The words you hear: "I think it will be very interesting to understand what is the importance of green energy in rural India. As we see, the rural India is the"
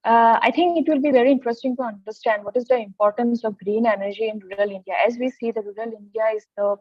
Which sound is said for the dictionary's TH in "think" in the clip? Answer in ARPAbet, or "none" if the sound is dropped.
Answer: T